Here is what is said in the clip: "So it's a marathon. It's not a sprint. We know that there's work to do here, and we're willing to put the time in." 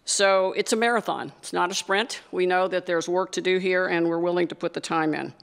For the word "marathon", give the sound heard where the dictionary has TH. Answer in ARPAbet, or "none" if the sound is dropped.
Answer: TH